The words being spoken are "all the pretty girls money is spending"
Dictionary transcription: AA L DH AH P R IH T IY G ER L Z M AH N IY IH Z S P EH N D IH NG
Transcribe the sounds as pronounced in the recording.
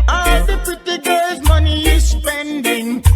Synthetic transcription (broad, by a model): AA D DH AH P IH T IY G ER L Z M AH N IY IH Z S P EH N D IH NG